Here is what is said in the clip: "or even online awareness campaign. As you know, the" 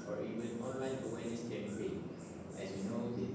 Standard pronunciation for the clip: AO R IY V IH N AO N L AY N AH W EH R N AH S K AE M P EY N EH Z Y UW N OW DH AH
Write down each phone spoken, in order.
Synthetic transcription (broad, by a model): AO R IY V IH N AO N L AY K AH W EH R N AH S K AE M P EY EH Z Y UW N OW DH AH